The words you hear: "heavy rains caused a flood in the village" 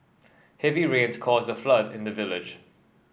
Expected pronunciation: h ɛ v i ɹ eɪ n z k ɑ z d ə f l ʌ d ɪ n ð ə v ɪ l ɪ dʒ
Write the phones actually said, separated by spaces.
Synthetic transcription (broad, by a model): h ɛ v i ɹ eɪ n z k ɑ z ə f l ʌ d ɪ n ð ə v ɪ l ɪ dʒ